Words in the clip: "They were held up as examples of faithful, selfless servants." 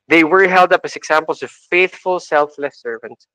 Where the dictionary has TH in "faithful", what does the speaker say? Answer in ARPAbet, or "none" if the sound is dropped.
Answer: TH